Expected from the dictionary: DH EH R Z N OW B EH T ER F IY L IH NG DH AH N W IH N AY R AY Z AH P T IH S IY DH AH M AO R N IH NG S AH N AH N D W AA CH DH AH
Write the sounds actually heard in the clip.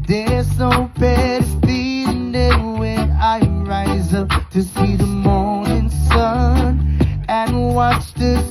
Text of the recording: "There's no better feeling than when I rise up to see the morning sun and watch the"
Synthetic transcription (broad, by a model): DH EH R Z N OW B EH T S P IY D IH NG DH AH W IH N AY R AY Z AH P T IH S IY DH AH M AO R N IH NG S AH N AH N W AA CH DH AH